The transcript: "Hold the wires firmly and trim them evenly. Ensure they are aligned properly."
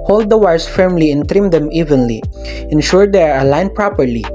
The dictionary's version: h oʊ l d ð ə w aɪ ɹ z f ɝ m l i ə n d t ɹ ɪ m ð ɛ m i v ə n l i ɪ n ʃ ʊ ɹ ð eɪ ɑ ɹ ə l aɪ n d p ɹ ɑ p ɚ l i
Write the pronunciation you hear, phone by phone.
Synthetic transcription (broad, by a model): h oʊ l d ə w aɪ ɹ s f ɝ m l i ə n t ɹ ɪ m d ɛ m i v ə n l i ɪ n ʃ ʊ ɹ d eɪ ɑ ɹ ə l aɪ n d p ɹ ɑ p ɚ l i